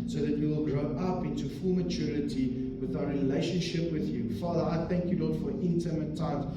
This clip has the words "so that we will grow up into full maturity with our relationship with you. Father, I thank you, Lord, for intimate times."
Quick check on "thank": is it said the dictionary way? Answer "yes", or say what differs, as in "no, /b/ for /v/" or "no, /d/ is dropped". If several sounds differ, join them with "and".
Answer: yes